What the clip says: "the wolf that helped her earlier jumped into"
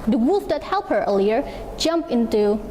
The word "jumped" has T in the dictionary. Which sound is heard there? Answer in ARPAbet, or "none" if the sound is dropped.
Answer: none